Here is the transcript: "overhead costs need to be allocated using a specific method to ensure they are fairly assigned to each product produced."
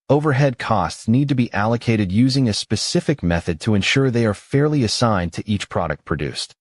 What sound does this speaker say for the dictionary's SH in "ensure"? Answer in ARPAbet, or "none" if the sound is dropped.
SH